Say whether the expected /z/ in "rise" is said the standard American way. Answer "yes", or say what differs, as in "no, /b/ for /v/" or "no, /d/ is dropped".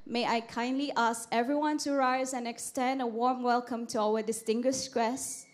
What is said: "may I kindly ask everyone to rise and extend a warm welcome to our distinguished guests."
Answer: yes